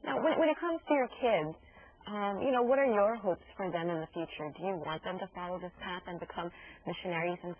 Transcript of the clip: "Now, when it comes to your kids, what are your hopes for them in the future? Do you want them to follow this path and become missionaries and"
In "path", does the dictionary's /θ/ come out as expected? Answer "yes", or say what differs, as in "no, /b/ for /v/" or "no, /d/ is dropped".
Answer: yes